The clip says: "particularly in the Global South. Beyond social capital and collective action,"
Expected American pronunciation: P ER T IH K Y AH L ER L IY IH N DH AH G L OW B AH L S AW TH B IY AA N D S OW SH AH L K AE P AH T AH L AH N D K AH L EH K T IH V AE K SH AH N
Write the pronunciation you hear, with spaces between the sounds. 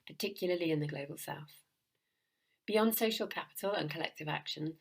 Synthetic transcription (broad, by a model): P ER T IH K Y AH L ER L IY IH N DH AH G L OW B AH L S AW TH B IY AA N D S OW SH AH L K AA P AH T AH L AH N K AH L EH K T IH V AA K SH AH N